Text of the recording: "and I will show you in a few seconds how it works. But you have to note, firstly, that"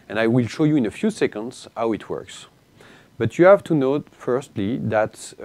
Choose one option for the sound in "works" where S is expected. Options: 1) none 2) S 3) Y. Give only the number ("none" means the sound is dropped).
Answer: 2